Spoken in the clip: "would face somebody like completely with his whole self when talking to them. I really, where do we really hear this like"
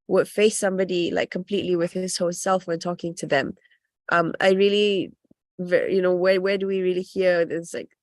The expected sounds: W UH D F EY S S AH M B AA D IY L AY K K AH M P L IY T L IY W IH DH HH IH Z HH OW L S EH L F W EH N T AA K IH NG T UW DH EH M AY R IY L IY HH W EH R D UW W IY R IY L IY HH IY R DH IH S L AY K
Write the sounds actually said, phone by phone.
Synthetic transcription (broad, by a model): W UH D F EY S S AH M B AA D IY L AY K K AH M P L IY T L IY W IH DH HH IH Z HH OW S EH L F W EH N T AA K IH NG T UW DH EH M AY R IY L IY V W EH W D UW W IY R IY L IY HH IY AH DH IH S L AY K